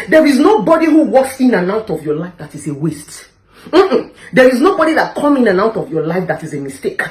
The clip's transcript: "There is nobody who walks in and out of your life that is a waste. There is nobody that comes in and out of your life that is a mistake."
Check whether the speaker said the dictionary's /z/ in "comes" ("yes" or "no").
no